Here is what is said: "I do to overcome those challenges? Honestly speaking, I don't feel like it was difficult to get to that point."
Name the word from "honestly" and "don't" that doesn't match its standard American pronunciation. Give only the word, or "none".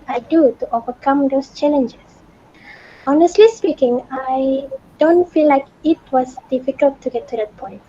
none